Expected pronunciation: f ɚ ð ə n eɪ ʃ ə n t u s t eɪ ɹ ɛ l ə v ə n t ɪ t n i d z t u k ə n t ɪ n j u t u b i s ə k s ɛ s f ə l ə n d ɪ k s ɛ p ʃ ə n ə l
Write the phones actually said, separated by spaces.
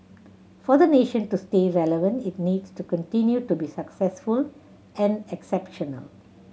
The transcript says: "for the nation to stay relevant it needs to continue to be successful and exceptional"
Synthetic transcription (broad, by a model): f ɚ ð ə n eɪ ʃ ə n t u s t eɪ ɹ ɛ l ə v ə n t ɪ t n i d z t u k ə n t ɪ n j u t u b i s ə k s ɛ s f ə l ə n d ɪ k s ɛ p ʃ ə n ə l